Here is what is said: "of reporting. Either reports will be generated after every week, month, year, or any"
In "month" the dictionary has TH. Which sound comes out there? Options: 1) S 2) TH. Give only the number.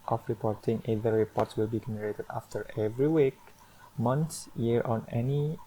1